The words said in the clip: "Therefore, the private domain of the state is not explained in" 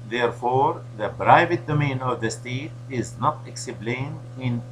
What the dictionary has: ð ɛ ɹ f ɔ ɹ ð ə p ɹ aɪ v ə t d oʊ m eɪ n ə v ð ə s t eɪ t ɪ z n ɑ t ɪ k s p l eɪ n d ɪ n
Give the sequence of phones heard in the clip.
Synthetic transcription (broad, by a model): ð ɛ ɹ f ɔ ɹ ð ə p ɹ aɪ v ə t d oʊ m eɪ n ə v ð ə s t eɪ t ɪ z n ɑ t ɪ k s b l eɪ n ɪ n